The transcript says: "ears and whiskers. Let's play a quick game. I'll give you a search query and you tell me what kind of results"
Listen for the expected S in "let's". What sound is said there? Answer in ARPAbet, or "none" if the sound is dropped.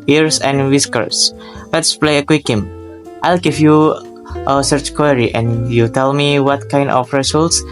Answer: S